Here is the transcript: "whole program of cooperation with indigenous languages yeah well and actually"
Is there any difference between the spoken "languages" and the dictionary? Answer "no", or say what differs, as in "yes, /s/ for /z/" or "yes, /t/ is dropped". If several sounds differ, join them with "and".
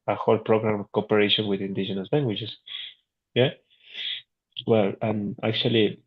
yes, /tʃ/ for /dʒ/